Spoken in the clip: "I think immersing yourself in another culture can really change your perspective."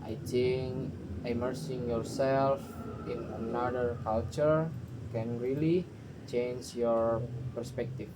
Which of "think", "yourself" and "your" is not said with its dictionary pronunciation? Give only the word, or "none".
think